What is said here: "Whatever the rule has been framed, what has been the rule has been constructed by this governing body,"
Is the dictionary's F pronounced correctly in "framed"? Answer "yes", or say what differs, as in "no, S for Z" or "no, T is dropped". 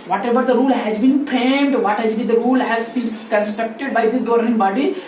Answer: no, P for F